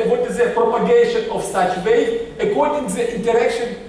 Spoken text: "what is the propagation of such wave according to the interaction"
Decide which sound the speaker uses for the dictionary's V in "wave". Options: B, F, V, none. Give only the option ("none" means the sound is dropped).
none